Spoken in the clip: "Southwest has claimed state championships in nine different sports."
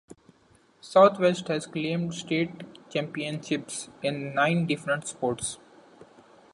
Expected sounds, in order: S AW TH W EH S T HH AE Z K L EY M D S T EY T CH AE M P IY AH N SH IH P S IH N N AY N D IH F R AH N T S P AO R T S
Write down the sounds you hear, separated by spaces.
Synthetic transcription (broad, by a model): S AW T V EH S T HH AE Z K L EY M D S T EY T CH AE M P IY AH N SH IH P S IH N N AY N D IH F R AH N T S P AO R T S